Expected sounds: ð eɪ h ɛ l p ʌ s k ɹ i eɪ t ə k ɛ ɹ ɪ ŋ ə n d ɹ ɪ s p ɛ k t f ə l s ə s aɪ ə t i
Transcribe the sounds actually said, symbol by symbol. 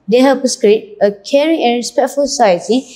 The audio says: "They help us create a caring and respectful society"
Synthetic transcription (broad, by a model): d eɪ h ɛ p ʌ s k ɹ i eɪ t ə k ɛ ɹ ɪ ŋ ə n ɹ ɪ s p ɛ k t f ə l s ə s aɪ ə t i